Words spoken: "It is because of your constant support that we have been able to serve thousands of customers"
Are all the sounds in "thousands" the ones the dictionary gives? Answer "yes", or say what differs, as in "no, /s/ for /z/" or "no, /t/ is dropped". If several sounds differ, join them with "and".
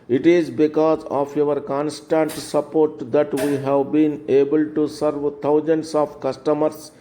no, /t/ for /θ/